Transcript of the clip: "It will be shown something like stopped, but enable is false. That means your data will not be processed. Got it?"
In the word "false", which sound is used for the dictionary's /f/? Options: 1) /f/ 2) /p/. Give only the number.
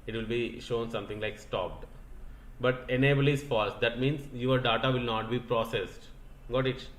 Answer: 1